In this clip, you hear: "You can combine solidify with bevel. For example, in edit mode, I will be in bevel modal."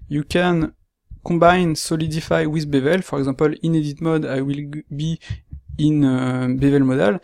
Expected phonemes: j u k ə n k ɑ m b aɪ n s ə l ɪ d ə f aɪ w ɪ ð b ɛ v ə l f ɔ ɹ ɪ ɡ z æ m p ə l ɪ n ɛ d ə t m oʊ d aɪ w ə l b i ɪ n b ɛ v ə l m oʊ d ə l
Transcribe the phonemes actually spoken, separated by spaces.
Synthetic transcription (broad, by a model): j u k ə n k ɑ b aɪ n s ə l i d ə f aɪ w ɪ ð b ɛ v ə l f ɔ ɹ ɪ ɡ z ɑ p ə l ɪ n ɛ d ə t m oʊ d aɪ w ə l b i ɪ n b ɛ v ə l m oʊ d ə l